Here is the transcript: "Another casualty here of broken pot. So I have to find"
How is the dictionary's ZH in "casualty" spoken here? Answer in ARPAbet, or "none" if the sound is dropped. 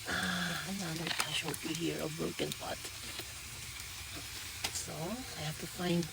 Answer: SH